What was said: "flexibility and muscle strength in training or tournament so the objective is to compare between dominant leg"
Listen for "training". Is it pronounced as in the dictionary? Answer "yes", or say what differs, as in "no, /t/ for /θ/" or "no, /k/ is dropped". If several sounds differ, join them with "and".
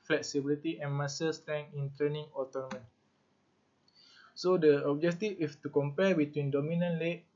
no, /ɹ/ is dropped